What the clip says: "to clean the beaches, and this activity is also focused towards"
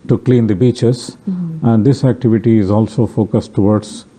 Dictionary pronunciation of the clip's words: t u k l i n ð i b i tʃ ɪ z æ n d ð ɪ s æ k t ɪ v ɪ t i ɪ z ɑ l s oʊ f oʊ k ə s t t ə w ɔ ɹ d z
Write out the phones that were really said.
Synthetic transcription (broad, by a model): t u k l i n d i b i tʃ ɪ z æ n d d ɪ s æ k t ɪ v ɪ t i ɪ z ɑ l s oʊ f oʊ k ə s t t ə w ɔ ɹ d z